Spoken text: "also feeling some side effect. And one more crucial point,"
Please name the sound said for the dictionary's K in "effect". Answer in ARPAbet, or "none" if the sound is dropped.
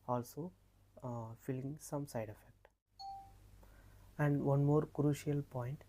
K